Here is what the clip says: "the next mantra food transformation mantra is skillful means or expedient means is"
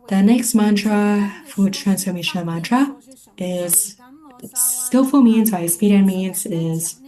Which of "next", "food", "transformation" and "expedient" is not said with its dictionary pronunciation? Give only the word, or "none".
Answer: expedient